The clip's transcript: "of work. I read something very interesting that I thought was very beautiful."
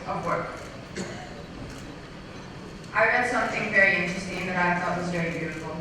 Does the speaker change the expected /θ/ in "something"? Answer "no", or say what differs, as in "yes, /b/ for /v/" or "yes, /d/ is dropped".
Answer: no